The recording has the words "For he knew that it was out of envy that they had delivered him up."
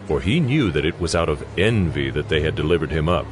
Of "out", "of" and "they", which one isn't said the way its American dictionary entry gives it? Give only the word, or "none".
none